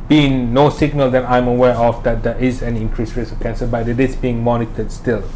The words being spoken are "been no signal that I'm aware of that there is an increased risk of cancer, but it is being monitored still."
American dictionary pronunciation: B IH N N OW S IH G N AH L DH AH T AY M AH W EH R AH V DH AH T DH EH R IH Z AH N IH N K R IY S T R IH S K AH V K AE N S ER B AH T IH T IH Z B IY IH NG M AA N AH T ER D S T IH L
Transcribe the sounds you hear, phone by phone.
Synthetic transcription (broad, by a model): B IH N N OW S IH G N AH L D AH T AY M AH W EH R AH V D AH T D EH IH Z AH N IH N K R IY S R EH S AH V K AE N S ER B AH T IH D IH S B IY IH NG M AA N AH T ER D S T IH L